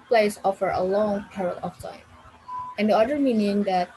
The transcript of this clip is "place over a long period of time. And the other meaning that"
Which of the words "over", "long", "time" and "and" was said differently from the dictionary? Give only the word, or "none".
over